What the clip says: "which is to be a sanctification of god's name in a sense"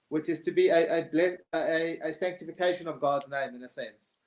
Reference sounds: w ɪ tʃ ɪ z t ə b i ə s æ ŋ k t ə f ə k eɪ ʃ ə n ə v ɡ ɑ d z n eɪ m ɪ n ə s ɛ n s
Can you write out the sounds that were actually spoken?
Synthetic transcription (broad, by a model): w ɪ tʃ ɪ z t ə b i ə s æ ŋ k t ə f ə k eɪ ʃ ə n ə v ɡ ɑ d z n eɪ m ɪ n ə s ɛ n s